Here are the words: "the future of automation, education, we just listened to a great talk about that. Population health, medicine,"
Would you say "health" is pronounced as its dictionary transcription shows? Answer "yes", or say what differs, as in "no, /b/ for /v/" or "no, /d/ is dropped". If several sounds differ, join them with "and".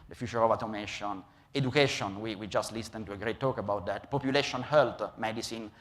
no, /t/ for /θ/